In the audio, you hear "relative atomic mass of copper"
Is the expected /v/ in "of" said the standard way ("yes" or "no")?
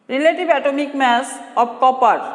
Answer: no